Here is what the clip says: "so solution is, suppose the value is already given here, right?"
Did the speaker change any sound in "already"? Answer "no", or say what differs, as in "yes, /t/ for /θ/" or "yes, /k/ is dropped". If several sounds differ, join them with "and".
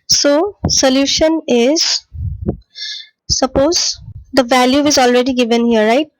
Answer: no